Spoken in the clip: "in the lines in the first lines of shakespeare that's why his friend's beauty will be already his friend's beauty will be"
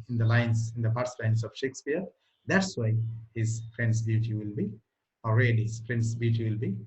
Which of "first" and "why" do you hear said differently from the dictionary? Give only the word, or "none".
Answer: first